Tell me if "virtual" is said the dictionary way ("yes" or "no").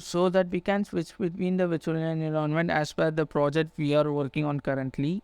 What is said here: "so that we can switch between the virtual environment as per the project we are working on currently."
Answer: no